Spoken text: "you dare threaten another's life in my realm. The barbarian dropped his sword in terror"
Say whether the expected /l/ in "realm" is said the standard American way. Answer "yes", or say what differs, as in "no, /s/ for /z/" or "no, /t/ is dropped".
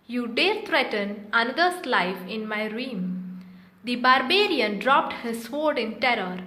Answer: no, /l/ is dropped